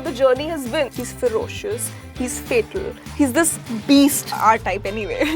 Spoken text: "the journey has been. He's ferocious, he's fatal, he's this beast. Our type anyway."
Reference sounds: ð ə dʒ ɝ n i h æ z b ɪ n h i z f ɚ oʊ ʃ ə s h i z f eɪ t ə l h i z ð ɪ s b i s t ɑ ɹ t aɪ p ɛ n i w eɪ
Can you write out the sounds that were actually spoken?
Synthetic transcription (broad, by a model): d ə dʒ ɝ n i h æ z b ɪ n h i z f ɚ oʊ ʃ ə s h i z f eɪ t ə l h i z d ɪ s b i s t ɑ ɹ t aɪ p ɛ n i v eɪ